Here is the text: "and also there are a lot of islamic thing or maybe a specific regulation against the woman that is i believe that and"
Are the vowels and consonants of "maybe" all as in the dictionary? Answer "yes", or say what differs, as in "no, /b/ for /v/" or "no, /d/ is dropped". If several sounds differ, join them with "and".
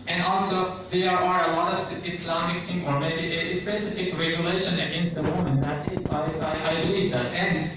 no, /b/ is dropped